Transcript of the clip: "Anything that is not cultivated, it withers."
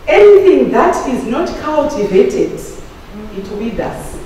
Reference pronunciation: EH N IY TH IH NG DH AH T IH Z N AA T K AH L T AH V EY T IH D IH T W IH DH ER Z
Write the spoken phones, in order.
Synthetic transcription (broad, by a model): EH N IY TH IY NG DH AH T IH Z N AA T K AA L T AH V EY T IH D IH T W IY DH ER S